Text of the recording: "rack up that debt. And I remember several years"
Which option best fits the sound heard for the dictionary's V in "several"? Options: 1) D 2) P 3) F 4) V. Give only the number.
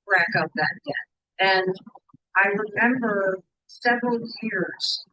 4